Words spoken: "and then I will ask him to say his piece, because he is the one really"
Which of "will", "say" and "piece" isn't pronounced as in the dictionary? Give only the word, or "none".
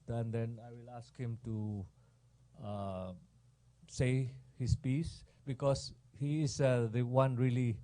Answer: none